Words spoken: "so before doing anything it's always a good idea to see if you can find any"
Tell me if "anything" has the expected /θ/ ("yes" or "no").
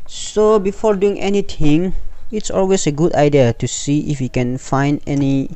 no